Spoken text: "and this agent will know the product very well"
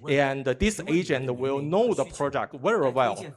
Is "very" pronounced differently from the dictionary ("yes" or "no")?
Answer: yes